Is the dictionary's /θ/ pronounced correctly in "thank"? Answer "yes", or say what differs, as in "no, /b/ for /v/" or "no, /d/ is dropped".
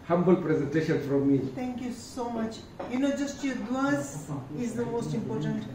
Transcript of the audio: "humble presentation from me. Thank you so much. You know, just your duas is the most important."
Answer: no, /t/ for /θ/